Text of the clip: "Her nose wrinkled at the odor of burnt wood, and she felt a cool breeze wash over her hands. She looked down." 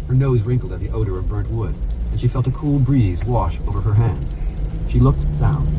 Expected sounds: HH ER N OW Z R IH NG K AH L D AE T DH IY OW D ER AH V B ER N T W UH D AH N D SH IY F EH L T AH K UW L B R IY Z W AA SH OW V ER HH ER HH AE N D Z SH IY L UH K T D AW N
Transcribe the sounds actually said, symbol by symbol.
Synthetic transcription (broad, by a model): HH ER N OW Z R IH NG K L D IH T DH IY OW D ER AH V B ER N T W UH D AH N SH IY F EH L T AH K UW L B R IY Z W AA SH OW V ER ER HH AE N D Z SH IY L UH K T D AW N